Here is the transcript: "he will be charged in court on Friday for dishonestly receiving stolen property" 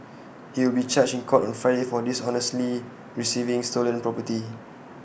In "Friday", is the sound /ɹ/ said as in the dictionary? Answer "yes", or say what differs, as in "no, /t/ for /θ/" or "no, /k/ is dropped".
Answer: no, /ɹ/ is dropped